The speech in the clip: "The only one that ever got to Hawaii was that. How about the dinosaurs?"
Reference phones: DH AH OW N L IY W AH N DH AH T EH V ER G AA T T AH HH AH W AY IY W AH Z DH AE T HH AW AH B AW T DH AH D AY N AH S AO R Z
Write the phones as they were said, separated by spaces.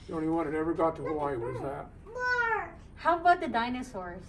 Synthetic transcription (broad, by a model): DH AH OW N IY W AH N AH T EH V ER G AA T T AH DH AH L AY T W AH Z DH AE T HH AW AH B AW T DH AH D AY N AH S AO R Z